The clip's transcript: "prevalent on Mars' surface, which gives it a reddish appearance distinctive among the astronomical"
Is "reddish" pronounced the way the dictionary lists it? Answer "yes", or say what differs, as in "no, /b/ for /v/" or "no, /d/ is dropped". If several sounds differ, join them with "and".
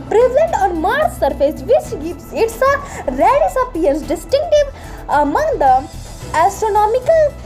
no, /s/ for /ʃ/